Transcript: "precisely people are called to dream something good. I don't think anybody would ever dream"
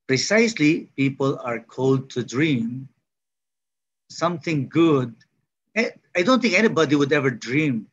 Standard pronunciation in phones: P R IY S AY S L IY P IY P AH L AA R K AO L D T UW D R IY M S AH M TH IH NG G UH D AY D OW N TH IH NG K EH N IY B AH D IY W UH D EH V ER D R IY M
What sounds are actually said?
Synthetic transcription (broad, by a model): P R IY S AY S L IY P IY P AH L AA R K AO L D T UW D R IY M S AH M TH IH NG G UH D AY D OW N T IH NG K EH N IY B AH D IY W UH D EH V ER D R IY M